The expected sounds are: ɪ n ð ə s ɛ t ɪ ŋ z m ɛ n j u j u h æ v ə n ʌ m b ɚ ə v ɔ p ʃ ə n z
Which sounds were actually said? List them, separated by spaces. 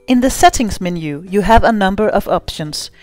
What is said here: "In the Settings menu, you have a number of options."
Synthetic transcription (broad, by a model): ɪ n ð ə s ɛ t ɪ ŋ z m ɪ n j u j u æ v ə n ʌ m b ɚ ə v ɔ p ʃ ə n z